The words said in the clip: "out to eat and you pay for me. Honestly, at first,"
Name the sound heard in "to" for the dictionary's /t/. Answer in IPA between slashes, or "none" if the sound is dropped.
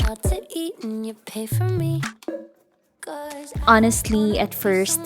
/s/